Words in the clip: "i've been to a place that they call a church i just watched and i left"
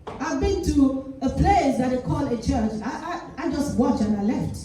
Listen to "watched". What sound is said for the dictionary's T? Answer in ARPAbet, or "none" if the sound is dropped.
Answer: none